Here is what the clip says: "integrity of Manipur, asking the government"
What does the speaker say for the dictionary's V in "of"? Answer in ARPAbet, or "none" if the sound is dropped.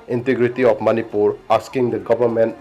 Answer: P